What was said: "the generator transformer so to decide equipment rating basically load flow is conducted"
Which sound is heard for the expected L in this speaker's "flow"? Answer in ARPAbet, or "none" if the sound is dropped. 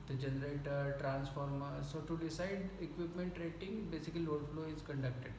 L